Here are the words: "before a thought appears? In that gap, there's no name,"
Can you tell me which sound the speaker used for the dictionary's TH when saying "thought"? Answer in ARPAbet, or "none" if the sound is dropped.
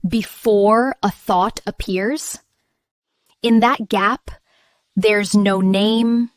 TH